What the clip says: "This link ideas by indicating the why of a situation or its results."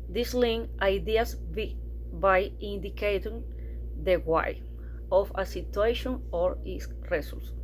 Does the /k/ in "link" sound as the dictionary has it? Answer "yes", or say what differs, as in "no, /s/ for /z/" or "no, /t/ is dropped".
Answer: no, /k/ is dropped